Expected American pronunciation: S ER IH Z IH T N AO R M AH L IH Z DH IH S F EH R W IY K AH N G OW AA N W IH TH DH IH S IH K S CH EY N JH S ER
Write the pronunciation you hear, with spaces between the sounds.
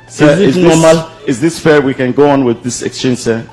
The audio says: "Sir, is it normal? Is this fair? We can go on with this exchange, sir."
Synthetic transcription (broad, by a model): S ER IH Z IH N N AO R M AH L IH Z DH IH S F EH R W IY K AH N G OW AA N W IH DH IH S IH K S CH EY N JH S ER